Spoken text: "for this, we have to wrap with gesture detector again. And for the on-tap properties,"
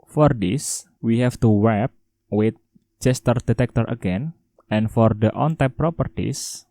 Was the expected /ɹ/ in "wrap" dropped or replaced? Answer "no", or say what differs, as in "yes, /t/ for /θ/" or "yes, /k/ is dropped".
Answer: yes, /w/ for /ɹ/